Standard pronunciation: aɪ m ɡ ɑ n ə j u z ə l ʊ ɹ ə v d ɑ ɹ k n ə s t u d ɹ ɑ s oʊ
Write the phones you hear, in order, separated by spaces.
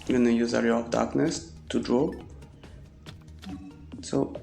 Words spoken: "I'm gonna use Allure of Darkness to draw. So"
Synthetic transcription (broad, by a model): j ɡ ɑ n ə j u z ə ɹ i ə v d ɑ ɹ k n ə s t u d ɹ ɑ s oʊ